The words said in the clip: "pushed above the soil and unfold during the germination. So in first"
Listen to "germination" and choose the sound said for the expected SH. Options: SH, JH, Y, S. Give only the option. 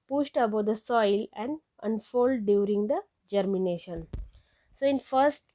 SH